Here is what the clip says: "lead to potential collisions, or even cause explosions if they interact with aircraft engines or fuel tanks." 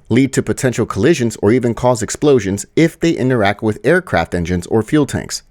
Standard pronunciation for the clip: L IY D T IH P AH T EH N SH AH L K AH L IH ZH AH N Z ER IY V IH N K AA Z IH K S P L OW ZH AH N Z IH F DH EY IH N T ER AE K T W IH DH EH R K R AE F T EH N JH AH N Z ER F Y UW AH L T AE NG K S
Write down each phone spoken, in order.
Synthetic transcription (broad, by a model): L IY D T IH P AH T EH N SH L K AH L IH ZH AH N Z ER IY V IH N K AA Z IH K S P L OW ZH AH N Z IH F DH EY IH N T ER AE K T W IH DH EH R K R AE F T EH N JH AH N Z ER F Y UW L T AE NG K S